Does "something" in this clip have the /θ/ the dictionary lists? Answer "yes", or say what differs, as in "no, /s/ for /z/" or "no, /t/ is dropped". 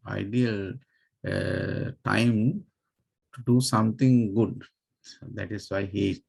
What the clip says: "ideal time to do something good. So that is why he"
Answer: no, /t/ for /θ/